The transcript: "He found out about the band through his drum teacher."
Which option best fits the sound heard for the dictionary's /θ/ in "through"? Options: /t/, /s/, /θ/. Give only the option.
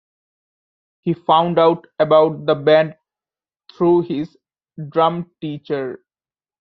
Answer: /t/